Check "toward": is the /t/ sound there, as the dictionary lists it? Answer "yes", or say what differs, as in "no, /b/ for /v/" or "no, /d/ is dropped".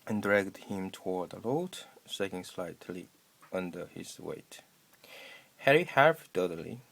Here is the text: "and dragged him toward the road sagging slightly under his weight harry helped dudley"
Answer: yes